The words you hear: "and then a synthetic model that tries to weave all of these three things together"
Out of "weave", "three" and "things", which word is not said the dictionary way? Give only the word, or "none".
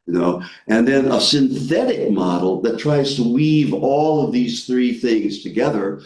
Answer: none